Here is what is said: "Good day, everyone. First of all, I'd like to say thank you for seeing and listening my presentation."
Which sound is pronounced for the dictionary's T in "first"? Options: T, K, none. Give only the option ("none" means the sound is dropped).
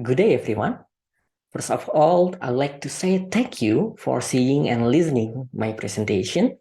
none